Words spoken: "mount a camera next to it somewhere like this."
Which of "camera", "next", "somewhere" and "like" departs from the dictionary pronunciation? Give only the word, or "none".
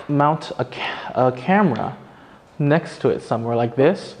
none